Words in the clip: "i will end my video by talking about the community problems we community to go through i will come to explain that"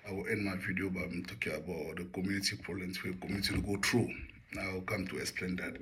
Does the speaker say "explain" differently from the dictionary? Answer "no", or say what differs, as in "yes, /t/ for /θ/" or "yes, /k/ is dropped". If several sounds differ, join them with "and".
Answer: no